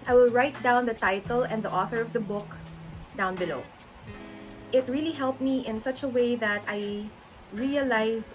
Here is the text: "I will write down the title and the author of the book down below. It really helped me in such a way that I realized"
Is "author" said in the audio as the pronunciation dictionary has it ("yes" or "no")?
yes